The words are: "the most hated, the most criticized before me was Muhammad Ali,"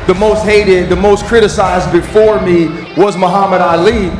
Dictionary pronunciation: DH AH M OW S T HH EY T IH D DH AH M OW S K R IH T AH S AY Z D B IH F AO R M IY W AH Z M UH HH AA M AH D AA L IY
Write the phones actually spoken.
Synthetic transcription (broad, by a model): DH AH M OW S T HH EY T IH D DH AH M OW S K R IH T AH S AY Z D B IH F AO R M IY W AH Z M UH HH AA M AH D AA L IY